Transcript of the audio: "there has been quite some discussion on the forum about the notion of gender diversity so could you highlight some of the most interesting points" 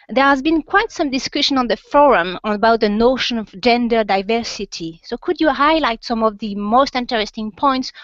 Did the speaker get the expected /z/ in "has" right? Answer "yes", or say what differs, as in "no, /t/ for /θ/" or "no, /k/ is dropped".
yes